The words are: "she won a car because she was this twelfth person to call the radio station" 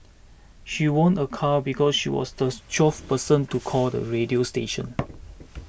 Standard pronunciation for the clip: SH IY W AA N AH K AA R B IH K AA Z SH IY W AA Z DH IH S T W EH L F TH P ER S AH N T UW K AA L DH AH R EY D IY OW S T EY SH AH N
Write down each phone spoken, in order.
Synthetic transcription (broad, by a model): SH IY W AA N AH K AA B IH K AA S SH IY W AA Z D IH T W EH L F P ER S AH N T UW K AA L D AH R EY D IY OW S T EY SH AH N